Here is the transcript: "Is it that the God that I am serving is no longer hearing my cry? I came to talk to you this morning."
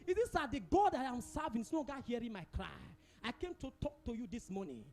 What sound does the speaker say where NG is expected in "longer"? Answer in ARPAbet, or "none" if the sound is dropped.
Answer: none